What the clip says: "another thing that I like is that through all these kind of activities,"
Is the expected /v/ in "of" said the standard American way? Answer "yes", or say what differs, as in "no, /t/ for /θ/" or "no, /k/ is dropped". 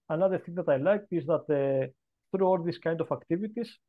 no, /f/ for /v/